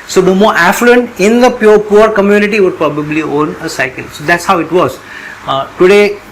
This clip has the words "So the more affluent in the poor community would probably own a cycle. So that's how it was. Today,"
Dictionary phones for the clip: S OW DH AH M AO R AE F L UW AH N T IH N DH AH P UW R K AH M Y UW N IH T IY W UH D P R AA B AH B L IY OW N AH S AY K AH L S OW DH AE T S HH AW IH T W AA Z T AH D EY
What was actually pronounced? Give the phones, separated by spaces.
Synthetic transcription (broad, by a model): S OW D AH M AO R AE F L UW AH N T IH N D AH P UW R K AH M Y UW N IH T IY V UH D P R AA B AH B L IY OW N AH S AY K AH L S OW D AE T S HH AW IH T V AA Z T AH D EY